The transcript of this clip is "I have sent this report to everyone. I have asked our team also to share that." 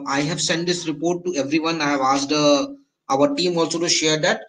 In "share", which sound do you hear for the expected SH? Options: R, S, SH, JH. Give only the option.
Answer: SH